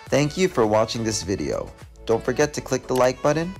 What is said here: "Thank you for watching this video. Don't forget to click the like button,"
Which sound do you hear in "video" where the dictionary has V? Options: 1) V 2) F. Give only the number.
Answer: 1